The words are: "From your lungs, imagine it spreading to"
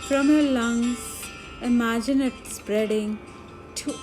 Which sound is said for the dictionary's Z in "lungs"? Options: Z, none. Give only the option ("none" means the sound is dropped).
none